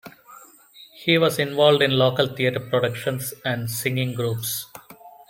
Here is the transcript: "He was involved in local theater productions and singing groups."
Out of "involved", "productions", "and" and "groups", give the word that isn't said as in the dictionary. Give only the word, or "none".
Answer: productions